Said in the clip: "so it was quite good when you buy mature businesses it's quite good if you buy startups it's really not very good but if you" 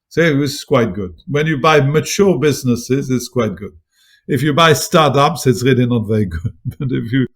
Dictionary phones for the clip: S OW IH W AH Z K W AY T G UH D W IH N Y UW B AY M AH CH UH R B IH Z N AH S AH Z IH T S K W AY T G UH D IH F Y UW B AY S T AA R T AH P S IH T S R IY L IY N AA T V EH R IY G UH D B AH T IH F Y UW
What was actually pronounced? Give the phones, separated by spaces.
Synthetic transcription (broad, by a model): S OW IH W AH S K W AY T G UH D W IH N Y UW B AY M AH CH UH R B IH Z N AH S AH Z IH T S K W AY T G UH D IH F Y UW B AY S T AA R T AH P S IH T S R IY L IY N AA T V EH R IY G UH D B AH T IH F Y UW